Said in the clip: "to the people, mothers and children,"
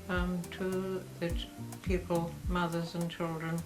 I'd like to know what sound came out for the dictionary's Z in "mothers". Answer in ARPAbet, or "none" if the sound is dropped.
Z